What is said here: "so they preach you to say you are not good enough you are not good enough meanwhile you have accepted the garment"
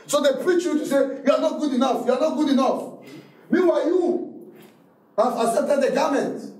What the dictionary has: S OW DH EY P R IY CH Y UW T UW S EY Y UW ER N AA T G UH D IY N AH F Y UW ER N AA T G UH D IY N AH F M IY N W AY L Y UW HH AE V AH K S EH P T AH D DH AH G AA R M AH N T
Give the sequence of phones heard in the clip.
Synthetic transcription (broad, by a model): S OW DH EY P R IY CH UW T UW S EY Y UW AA N AA T G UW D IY N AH F Y UW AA N AA T G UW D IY N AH F M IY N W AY Y UW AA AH S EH T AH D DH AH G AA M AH N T